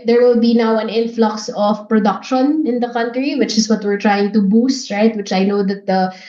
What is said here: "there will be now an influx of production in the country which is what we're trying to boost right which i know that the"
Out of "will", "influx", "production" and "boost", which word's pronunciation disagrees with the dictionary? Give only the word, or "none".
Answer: none